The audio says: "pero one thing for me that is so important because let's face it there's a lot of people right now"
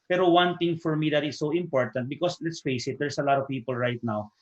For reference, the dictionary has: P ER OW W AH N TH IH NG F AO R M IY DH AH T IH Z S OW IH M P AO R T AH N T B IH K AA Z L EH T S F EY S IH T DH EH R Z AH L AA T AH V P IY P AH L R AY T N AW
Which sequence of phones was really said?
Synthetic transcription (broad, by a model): P ER OW W AH N T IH NG F AO R M IY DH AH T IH S OW IH M P AO R T AH N T B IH K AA S L EH T S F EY S IH T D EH R S AH L AA T AH V P IY P AH L R AY T N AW